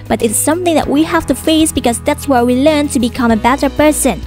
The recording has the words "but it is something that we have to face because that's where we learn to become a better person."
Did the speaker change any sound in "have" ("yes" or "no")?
yes